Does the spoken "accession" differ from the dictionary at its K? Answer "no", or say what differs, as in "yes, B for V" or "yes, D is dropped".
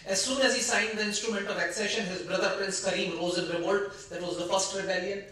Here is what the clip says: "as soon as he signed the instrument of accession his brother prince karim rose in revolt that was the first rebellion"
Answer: no